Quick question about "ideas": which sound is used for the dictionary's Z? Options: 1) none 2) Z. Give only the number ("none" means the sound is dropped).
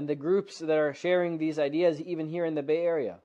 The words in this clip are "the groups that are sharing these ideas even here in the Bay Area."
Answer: 2